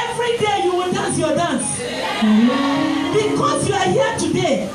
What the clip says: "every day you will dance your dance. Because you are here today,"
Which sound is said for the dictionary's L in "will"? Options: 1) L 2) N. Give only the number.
2